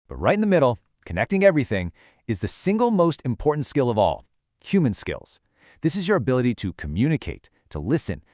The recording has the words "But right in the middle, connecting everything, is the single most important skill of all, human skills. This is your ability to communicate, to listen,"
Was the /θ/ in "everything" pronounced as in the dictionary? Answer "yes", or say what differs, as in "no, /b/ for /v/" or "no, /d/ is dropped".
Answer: yes